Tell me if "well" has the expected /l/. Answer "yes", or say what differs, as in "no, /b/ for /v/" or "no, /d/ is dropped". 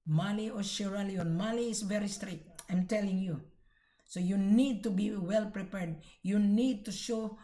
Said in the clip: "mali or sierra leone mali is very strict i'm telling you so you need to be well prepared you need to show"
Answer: yes